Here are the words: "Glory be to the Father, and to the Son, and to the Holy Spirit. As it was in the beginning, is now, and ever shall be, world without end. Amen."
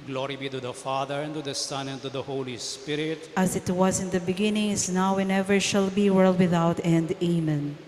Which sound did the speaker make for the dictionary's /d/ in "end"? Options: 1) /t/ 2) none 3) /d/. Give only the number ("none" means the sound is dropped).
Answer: 3